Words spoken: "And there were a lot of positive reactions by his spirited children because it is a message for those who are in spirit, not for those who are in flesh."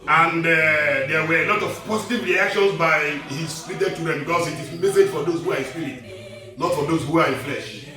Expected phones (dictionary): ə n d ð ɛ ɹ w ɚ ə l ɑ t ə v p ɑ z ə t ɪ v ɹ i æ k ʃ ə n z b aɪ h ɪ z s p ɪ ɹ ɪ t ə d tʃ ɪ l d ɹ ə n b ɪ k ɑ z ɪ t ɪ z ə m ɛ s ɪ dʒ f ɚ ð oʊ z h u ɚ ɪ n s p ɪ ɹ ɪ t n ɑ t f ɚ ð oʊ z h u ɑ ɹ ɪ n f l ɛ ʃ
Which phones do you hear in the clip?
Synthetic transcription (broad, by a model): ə n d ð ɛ w ɚ ə l ɑ t ə v p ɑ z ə t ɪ v ɹ i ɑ k ʃ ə n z b aɪ h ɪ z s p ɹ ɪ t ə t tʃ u d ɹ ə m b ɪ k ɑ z ɪ t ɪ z m ɛ s ɪ dʒ f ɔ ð oʊ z h u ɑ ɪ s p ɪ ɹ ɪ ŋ n ɑ t f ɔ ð oʊ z h u ɑ ɹ ɪ n f l ɛ ʃ